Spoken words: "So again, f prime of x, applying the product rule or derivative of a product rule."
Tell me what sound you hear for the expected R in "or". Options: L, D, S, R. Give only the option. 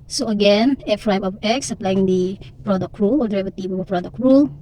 L